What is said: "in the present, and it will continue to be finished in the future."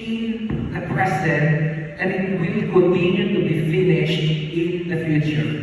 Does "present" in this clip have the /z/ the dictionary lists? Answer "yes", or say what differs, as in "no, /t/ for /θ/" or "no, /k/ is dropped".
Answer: no, /s/ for /z/